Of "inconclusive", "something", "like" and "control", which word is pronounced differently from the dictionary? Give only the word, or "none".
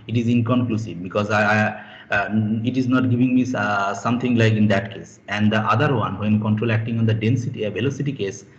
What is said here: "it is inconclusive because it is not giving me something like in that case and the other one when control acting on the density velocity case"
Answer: something